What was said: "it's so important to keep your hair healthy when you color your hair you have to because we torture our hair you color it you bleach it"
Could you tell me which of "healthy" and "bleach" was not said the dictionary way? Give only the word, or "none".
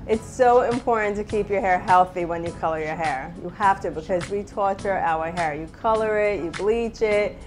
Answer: none